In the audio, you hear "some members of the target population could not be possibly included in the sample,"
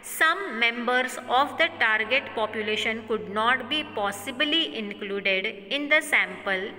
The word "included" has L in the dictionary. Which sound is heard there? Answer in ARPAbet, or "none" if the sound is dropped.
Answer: L